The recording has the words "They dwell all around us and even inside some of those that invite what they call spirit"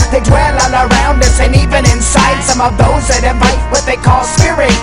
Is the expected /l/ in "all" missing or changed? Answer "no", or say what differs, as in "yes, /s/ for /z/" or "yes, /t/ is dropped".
yes, /n/ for /l/